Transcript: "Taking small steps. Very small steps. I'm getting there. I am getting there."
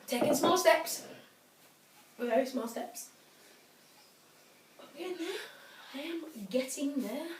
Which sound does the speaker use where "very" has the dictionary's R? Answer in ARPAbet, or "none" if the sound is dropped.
none